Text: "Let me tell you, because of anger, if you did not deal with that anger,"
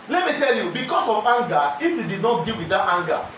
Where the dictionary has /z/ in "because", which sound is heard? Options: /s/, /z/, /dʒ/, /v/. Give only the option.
/s/